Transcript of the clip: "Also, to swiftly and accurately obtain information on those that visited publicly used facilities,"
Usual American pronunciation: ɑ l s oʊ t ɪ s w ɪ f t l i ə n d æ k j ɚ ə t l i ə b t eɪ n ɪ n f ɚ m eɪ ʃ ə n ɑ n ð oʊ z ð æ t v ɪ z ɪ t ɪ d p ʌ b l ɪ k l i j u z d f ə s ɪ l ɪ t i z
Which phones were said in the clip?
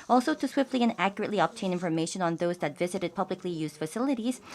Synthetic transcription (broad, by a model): ɑ l s oʊ t ɪ s w ɪ f t l i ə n æ k j ɚ ə t l i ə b t eɪ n ɪ n f ɚ m eɪ ʃ ə n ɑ n ð oʊ z ð æ t v ɪ z ɪ t ɪ d p ʌ b l ɪ k l i j u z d f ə s ɪ l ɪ t i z